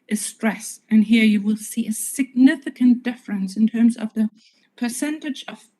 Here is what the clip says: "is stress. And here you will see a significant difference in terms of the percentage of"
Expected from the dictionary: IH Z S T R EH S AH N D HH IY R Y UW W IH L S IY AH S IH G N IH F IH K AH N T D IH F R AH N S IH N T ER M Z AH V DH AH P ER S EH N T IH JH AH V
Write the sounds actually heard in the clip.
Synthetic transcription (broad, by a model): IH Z S T R EH S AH N HH IY R Y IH W IH L S IY AH S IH G N IH F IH K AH N D IH F R AH N S IH N T ER M Z AH V DH AH P ER S EH N T IH JH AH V